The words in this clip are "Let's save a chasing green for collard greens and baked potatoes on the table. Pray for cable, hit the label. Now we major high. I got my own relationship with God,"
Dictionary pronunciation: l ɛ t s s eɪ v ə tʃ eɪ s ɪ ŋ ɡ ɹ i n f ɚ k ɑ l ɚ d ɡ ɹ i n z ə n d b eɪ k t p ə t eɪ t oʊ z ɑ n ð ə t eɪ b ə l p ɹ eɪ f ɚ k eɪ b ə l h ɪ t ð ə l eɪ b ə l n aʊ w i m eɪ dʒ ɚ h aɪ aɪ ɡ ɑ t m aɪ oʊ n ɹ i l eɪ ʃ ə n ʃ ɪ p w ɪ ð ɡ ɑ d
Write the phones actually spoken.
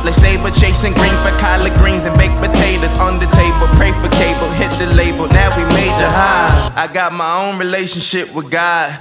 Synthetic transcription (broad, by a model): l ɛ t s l eɪ b ə tʃ eɪ s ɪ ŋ ɡ ɹ i n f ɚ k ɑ l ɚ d ɡ ɹ i n z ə n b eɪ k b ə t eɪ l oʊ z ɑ n ð ə t eɪ b ə l p ɹ eɪ f ɚ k eɪ b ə l h ɪ t ð ə l eɪ b ə l n aʊ w i m eɪ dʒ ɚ h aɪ aɪ ɡ ɑ t m aɪ oʊ n ɹ i l eɪ ʃ ə n ʃ ɪ p w ɪ ð ɡ ɑ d